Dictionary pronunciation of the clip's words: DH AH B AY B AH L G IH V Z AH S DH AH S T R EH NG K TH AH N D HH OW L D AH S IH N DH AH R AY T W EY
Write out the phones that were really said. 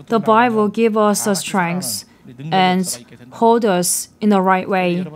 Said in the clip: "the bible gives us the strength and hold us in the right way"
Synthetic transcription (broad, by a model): DH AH B AY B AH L G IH V AH S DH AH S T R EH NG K S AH N HH OW L D AH S IH N DH AH R AY T W EY